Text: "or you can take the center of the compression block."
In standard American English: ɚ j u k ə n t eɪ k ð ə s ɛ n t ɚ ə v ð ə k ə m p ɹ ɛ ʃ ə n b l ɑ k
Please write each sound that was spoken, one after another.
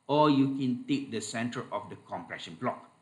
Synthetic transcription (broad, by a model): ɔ j u k ə n t eɪ k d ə s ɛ n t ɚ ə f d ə k ə m p ɹ ɛ ʃ ə n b l ɑ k